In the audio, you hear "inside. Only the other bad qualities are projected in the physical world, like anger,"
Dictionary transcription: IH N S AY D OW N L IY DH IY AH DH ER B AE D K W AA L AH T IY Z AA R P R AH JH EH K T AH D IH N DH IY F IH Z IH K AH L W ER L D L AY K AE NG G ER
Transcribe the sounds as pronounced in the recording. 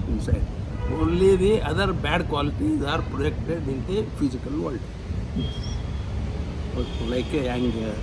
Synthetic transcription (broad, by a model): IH N S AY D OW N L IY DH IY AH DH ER B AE D K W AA L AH T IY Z AA R P R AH EH K T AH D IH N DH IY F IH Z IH K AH L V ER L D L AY K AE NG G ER